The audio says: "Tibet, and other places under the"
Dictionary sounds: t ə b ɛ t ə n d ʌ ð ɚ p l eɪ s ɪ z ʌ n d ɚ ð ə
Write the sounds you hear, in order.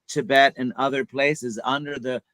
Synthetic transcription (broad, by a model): t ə b ɛ t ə n ʌ ð ɚ p l eɪ s ɪ z ʌ n d ɚ ð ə